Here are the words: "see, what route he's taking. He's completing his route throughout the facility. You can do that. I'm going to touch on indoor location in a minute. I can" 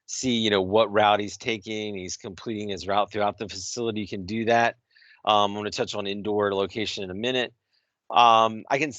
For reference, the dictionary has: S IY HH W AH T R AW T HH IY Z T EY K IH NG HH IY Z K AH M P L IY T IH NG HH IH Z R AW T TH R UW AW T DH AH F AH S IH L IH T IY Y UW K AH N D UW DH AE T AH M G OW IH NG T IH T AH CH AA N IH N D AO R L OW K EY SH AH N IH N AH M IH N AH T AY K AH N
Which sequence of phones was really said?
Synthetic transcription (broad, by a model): S IY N W AH T R AW T HH IY Z T EY K IH NG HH IY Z K AH M P L IY T IH NG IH Z R AW T TH R UW AW T DH AH F AH S IH L IH T IY Y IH K AH N D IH DH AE T AH M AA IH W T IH T AH CH N IH N D AO R L OW K EY SH AH N IH N AH M IH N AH T AY K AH N